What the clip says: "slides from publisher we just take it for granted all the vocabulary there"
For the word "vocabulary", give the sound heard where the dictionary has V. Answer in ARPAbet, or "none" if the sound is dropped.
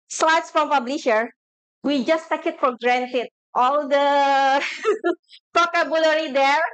P